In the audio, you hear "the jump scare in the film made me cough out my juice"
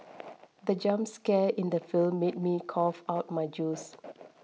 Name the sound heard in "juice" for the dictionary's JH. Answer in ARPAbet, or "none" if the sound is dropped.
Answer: JH